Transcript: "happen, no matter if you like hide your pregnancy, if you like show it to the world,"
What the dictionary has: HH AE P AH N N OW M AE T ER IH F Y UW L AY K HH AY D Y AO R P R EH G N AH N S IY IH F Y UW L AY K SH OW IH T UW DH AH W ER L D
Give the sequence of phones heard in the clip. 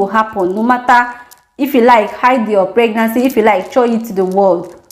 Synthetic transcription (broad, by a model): HH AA P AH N N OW M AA T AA IH F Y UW L AY K HH AY D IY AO P R EH G N AH N S IY IH F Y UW L AY K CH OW IH T UW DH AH W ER L D